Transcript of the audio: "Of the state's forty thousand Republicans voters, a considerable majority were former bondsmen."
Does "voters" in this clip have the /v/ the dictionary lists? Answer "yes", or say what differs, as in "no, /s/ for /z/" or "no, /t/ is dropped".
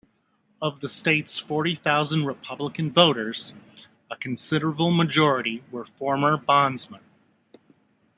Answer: yes